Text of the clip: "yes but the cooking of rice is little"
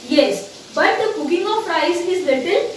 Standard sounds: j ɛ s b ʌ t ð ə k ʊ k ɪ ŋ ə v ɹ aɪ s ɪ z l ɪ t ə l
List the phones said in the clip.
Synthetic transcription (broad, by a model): j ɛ s b ʌ t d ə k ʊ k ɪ ŋ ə p ɹ aɪ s ɪ z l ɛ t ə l